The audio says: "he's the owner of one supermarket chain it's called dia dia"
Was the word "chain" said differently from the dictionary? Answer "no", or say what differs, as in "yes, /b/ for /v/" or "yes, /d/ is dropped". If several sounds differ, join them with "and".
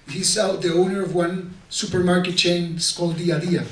yes, /n/ is dropped